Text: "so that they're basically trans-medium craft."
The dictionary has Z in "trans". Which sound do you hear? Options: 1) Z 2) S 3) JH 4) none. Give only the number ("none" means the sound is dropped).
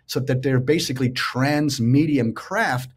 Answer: 1